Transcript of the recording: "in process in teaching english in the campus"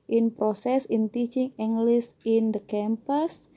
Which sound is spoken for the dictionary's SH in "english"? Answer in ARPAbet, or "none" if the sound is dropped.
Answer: S